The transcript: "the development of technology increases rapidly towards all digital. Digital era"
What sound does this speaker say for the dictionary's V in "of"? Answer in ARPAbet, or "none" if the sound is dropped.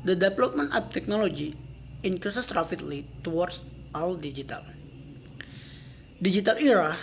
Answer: P